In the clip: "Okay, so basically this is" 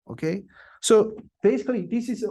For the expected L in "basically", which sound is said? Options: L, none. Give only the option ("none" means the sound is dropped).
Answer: L